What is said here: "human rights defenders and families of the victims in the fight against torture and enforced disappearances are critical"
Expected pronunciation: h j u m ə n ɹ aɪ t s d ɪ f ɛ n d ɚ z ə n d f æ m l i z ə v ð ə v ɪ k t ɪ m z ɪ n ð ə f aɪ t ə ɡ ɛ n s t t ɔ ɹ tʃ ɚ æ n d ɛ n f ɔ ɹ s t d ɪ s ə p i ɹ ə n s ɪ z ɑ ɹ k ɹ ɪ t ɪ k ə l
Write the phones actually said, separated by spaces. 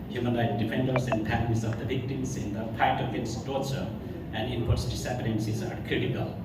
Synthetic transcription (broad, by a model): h j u m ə n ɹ aɪ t d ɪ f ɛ n d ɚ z ə n d p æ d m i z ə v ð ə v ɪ k t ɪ m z ɪ n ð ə p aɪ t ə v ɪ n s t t ɔ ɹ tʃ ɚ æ n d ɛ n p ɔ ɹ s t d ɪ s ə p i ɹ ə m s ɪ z ɑ ɹ k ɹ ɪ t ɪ k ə l